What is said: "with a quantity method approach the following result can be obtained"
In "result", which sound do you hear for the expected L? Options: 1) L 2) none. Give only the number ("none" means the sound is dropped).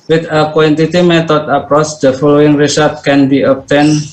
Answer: 2